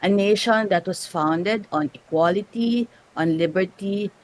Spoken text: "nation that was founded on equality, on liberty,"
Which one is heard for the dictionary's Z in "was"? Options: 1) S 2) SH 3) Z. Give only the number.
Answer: 1